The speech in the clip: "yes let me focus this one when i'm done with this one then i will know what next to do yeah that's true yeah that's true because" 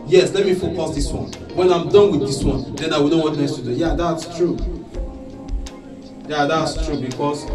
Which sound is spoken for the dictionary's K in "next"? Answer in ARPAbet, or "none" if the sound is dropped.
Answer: none